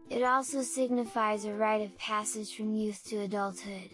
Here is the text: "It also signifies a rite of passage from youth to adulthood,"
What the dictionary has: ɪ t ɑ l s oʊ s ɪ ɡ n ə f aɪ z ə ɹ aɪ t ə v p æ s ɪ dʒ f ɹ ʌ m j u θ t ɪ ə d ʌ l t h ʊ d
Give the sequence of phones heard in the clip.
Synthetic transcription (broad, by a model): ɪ t ɑ l s oʊ s ɪ ɡ n ə f aɪ z ə ɹ aɪ t ə v p æ s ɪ ʒ f ɹ ʌ m j u θ t ɪ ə d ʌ l t h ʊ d